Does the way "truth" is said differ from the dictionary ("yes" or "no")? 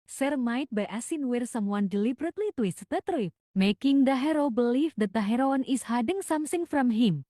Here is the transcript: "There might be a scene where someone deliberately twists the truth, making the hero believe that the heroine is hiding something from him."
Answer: yes